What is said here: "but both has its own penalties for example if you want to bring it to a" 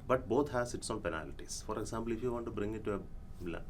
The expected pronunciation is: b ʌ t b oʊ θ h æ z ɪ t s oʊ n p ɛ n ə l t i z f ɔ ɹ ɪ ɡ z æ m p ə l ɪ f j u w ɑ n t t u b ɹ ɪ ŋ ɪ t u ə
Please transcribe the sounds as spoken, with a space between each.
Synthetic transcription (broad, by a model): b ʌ t b oʊ t h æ s ɪ t s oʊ n p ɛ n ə l t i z f ɔ ɹ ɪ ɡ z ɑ m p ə l ɪ f j u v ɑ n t t u b ɹ ɪ ŋ ɪ t u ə